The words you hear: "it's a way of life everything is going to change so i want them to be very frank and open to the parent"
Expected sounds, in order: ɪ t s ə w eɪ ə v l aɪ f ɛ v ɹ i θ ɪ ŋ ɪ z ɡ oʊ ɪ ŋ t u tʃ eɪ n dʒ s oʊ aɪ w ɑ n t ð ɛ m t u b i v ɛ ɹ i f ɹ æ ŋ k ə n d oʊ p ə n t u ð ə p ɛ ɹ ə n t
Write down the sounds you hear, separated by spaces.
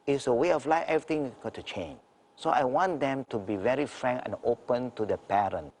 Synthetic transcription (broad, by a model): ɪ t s ə w eɪ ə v l aɪ f ɛ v ɹ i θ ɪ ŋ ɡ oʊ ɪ t u tʃ eɪ n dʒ s oʊ aɪ w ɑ n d ɛ m t u b i v ɛ ɹ i f ɹ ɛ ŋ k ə n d oʊ p ə n t u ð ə p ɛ ɹ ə n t